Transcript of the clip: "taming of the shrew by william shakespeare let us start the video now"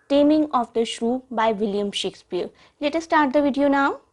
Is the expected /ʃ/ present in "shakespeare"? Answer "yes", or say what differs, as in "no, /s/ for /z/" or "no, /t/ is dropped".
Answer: yes